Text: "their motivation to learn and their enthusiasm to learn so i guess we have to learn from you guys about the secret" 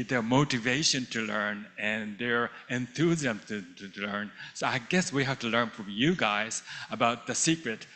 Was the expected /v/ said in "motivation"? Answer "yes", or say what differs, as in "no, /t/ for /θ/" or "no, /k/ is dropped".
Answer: yes